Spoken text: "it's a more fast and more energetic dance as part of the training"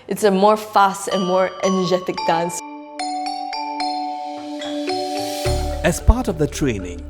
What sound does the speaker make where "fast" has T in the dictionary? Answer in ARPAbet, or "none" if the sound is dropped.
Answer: T